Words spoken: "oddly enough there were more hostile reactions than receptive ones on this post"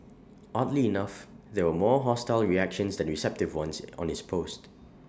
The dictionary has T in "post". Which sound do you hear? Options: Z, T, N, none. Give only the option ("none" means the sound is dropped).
T